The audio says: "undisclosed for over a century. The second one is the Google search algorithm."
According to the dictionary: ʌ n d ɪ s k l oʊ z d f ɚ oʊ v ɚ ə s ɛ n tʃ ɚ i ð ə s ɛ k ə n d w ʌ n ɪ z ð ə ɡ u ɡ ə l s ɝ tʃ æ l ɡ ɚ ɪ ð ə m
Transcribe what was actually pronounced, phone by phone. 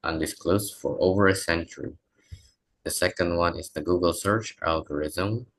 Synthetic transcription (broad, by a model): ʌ n d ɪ s k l oʊ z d f ɚ oʊ v ɚ ə s ɛ n tʃ ɚ i ð ə s ɛ k ə n d w ʌ n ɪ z ð ə ɡ u ɡ ə l s ɝ tʃ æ l ɡ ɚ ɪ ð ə m